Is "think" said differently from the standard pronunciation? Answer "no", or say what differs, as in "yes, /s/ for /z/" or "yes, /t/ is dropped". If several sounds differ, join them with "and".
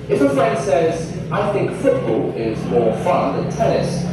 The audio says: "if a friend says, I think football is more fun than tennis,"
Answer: no